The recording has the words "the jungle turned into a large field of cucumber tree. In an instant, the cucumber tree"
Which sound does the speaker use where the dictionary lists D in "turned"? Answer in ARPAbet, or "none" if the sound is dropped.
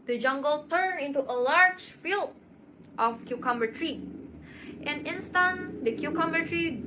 none